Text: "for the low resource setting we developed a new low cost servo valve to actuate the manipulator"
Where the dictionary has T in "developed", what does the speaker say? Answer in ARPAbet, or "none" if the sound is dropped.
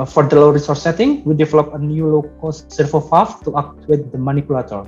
none